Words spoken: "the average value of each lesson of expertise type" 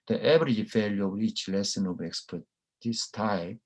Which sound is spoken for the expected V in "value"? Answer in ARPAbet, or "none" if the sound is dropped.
F